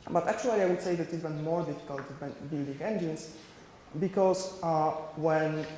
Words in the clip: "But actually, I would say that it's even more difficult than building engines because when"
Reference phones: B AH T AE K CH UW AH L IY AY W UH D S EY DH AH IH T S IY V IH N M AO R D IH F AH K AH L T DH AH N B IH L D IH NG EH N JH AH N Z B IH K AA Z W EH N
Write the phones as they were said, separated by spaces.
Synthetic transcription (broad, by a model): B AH T AE K CH UW AH L IY AY W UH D S EY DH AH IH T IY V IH N M AO R D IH F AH K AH L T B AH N B IH L D IH NG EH N JH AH N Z B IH K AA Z W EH N